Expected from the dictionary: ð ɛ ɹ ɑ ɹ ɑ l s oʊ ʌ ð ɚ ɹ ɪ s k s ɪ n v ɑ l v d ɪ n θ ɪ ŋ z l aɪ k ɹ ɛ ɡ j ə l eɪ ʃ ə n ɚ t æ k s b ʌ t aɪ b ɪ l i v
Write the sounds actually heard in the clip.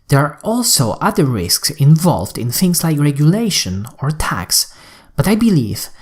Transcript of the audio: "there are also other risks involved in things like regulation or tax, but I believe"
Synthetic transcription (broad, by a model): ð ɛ ɹ ɑ ɹ ɑ l s oʊ ʌ ð ɚ ɹ ɪ s k s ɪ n v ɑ l v d ɪ n θ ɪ ŋ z l aɪ k ɹ ɛ ɡ j ə l eɪ ʃ ə n ɚ t æ k s b ʌ t aɪ b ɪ l i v